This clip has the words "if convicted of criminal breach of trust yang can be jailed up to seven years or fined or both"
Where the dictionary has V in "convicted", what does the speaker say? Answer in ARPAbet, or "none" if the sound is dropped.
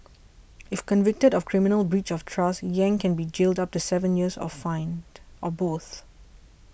V